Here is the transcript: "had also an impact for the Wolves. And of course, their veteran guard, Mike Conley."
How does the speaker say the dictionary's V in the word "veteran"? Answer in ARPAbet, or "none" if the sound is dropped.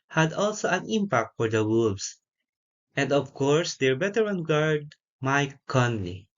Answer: B